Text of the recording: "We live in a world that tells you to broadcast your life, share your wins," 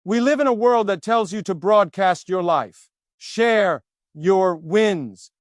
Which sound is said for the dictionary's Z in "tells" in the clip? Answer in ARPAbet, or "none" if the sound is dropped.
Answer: Z